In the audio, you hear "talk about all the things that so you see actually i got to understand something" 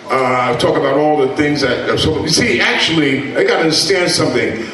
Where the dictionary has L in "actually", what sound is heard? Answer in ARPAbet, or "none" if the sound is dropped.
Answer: L